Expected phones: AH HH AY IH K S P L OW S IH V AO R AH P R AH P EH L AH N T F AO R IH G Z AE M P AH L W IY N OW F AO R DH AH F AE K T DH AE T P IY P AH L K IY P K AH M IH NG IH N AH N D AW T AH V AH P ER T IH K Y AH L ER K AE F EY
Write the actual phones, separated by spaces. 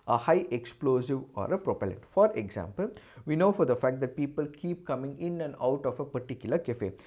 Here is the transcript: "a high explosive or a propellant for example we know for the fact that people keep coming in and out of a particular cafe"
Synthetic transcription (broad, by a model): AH HH AY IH K S P L OW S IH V AO R AH P R AH P EH L AH N T F AO R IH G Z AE M P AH L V IY N OW F AO R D AH F AE K T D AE T P IY P AH L K IY P K AH M IH NG IH N AH N D AW T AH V AH P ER T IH K Y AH L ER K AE F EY